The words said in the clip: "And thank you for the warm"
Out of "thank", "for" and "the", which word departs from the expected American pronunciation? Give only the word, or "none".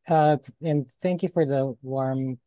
none